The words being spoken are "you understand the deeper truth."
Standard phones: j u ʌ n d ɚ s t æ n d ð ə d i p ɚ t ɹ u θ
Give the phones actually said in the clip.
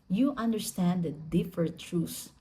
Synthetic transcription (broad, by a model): j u ʌ n d ɚ s t æ n d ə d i f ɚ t ɹ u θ